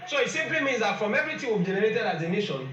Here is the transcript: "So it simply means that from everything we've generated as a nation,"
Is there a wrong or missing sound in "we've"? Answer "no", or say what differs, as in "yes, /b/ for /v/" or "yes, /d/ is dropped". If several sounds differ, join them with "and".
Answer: yes, /b/ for /v/